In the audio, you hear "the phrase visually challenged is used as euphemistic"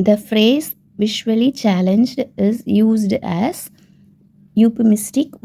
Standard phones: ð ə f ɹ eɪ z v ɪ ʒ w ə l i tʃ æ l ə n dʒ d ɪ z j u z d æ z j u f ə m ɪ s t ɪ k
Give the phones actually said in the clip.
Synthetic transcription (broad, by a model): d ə f ɹ eɪ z v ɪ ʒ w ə l i tʃ æ l ə n dʒ d ɪ z j u z d æ z j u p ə m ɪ s t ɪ k